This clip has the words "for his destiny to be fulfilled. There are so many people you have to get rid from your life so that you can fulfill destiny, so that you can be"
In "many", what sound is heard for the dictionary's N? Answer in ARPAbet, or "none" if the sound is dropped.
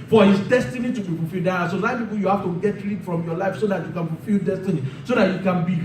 none